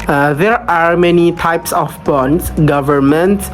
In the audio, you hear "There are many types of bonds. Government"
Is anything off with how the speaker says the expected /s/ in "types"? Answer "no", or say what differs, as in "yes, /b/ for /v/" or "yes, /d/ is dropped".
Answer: no